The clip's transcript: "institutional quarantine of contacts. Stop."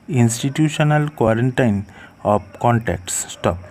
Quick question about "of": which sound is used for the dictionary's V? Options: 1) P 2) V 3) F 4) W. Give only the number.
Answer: 1